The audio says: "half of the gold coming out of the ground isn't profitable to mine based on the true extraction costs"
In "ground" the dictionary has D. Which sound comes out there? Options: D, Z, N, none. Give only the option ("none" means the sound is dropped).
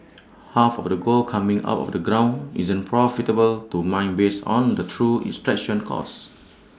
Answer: none